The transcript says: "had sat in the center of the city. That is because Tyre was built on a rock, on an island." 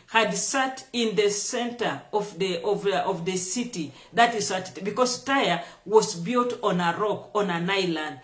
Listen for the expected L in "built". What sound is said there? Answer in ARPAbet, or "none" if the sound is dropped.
L